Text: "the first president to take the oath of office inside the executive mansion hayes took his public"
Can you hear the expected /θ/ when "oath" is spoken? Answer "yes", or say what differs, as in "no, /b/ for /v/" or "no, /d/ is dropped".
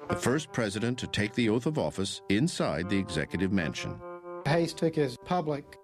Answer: yes